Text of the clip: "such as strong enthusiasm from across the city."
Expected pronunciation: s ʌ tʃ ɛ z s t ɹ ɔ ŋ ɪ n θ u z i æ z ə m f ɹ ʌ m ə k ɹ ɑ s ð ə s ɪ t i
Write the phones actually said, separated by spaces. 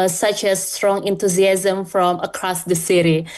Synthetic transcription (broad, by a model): s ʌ tʃ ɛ s t ɹ ɔ ŋ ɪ n t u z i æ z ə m f ɹ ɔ m ə k ɹ ɑ s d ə s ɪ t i